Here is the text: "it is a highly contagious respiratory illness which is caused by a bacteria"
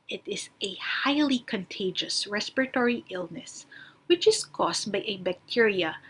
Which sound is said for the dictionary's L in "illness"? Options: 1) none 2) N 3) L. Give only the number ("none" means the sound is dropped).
3